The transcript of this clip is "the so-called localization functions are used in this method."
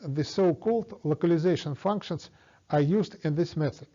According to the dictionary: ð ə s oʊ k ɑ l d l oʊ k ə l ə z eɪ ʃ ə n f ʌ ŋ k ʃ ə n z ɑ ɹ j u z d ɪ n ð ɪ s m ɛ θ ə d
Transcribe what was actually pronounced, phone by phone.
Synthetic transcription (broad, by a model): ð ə s oʊ k ɑ l d l oʊ k ə l ə z eɪ ʃ ə n f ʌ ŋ k ʃ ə n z ɑ ɹ j u z d ɪ n ð ɪ s m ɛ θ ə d